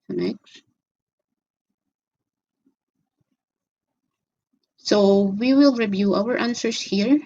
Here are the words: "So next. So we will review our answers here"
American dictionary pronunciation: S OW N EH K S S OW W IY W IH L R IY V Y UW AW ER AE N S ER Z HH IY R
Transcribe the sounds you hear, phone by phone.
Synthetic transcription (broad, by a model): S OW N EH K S S OW W IY W IH L R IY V Y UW AW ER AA N S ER S HH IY R